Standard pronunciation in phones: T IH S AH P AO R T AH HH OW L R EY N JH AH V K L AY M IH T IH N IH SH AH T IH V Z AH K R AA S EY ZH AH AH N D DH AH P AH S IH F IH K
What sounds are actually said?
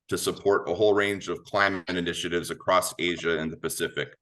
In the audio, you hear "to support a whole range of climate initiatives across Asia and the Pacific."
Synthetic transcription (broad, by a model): T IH S AH P AO R T AH HH OW L R EY N JH AH V K L AY M IH T IH N IH SH AH T IH V Z AH K R AA S EY ZH AH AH N DH AH P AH S IH F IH K